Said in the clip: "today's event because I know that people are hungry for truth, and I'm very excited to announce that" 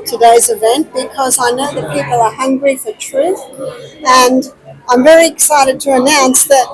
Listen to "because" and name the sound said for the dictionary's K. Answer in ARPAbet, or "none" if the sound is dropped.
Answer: K